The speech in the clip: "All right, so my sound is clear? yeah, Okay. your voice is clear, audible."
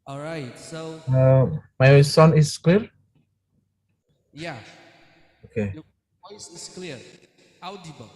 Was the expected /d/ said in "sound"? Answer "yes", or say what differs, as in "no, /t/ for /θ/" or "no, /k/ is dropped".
no, /d/ is dropped